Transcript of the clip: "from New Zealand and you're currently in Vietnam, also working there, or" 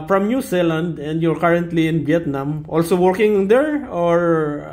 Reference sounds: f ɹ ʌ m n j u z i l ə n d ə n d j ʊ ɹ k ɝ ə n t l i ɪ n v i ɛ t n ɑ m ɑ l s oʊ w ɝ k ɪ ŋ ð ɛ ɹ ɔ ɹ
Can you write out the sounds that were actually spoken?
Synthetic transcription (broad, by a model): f ɹ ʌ m n j u s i l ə n d ə n d j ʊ ɹ k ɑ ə n t l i ɪ n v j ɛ t n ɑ m ɑ l s oʊ w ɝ k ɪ ŋ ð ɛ ɹ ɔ ɹ